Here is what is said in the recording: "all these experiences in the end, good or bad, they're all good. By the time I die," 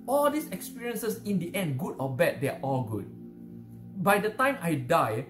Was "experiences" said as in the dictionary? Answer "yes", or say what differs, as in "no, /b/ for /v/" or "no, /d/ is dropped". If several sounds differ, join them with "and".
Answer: no, /s/ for /z/